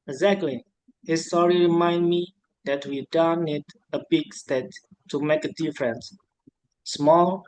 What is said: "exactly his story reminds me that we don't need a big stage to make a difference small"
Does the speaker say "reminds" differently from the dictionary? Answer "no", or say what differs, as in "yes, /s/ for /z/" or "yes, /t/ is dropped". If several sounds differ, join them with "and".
yes, /z/ is dropped